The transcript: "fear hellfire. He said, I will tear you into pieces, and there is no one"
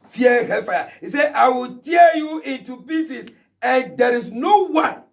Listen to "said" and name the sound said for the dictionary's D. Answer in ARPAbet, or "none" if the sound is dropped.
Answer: none